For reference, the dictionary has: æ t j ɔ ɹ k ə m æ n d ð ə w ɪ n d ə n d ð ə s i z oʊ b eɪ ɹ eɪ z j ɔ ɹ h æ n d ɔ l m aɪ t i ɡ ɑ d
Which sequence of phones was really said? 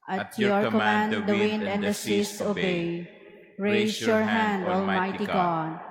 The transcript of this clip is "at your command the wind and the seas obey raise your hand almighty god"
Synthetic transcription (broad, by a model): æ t j ɔ ɹ k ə m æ n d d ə w ɪ n d ə n d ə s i s oʊ b eɪ ɹ eɪ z j ɔ ɹ h æ n d ɔ l m aɪ t i ɡ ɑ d